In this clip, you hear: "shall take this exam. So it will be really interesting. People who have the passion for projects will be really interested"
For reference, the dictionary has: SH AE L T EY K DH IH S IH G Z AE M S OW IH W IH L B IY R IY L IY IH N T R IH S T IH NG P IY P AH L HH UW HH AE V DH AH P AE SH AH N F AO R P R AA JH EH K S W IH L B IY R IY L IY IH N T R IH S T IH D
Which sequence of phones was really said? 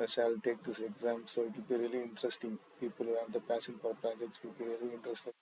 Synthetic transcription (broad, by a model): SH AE L T EY K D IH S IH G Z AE M S OW IH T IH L B IY R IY L IY IH N T R IH S T IH NG P IY P AH L HH UW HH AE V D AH P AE S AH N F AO R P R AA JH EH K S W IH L B IY R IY L IY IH N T R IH S T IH